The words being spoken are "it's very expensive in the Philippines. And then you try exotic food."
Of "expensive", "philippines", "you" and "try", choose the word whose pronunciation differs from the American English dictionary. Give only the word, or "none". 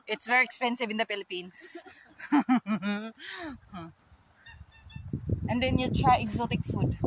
philippines